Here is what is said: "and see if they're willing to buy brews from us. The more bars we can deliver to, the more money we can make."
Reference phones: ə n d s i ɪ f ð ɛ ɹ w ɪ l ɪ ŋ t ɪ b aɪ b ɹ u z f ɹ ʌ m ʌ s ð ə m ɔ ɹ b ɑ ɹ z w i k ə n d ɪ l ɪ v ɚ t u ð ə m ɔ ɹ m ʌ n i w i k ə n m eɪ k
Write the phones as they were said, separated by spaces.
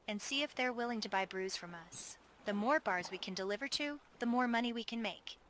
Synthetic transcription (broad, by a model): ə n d s i ɪ f ð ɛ ɹ w ɪ l ɪ ŋ t ɪ b aɪ b ɹ u z f ɹ ʌ m ʌ s ð ə m ɔ ɹ b ɑ ɹ z w i k ə n d ɪ l ɪ v ɚ t u ð ə m ɔ ɹ m ʌ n i w i k ə n m eɪ k